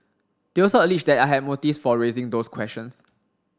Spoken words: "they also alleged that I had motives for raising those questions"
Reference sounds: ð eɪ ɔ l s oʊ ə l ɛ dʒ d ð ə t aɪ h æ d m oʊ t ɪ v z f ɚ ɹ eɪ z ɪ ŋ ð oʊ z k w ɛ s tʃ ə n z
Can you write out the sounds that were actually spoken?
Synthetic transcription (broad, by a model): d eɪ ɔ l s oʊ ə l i tʃ d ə t aɪ h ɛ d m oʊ t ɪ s f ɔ ɹ eɪ z ɪ ŋ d oʊ s k w ɛ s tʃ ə n s